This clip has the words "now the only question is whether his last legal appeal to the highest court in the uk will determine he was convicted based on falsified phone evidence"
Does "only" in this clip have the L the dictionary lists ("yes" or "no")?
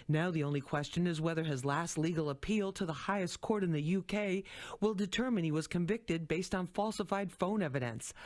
yes